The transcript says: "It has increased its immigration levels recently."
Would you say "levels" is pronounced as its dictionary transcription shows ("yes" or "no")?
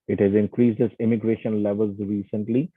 yes